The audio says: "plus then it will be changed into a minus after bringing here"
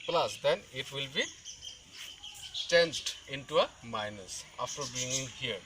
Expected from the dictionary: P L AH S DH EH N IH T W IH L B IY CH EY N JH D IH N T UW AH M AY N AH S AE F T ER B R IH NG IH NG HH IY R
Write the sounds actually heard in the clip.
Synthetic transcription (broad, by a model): P L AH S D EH N IH T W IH L B IY CH EY N JH D IH N T UW AH M AY N AH S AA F T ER B IY NG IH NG HH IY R